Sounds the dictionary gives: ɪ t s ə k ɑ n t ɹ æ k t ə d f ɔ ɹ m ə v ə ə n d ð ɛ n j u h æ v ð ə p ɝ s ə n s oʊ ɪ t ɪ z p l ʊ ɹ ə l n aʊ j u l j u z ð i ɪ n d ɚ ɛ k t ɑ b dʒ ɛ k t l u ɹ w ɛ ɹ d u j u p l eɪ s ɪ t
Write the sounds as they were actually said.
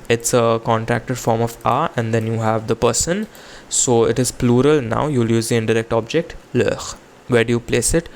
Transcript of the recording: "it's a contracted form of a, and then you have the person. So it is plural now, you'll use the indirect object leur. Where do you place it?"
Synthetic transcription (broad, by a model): ɪ t s ə k ɑ n t ɹ æ k t ə d f ɔ ɹ m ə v ə ə n d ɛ n j u h æ v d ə p ɝ s ə n s oʊ ɪ t ɪ z p l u ɹ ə l n aʊ j u l j u z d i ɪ n d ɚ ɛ k t ɑ b dʒ ɛ k t l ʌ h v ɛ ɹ d u j u p l eɪ s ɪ t